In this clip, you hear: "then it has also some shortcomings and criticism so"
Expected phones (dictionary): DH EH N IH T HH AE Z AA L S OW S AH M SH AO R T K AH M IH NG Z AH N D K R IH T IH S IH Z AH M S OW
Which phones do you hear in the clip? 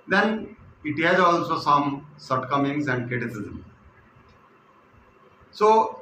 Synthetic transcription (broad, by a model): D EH N IH T HH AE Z AA L S OW S AH M S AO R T K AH M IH NG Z AH N D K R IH T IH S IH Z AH M S OW